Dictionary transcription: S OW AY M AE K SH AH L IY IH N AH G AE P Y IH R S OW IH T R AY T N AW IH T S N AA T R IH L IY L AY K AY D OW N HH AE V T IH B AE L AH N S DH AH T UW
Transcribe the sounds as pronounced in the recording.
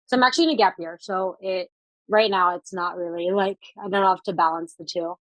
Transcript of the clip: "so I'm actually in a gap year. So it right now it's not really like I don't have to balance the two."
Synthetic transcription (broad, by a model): S OW AY M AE K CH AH L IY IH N AH G AE P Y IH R S OW IH T R AY T N AW IH T S N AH T R IH L IY L AY K AY D OW N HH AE F T IH B AE L AH N S DH AH T UW